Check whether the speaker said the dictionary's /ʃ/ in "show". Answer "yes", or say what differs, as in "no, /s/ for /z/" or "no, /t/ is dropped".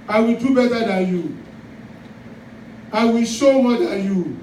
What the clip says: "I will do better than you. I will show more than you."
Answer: no, /s/ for /ʃ/